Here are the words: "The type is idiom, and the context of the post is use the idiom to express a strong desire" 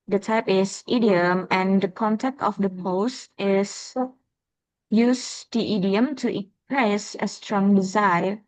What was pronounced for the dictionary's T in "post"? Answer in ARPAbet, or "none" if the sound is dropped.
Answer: T